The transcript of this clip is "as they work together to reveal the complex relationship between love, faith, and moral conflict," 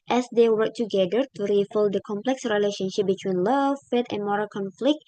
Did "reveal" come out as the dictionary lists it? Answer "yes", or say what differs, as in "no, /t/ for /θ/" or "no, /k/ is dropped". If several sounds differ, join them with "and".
no, /f/ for /v/